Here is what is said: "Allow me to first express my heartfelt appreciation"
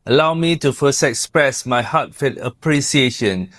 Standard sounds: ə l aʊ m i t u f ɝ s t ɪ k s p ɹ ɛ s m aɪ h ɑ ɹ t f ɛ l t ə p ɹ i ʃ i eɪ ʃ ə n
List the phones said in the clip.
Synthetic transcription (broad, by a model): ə l aʊ m i t u f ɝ s t ɪ k s p ɹ ɛ s m aɪ h ɑ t f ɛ t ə p ɹ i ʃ i eɪ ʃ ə n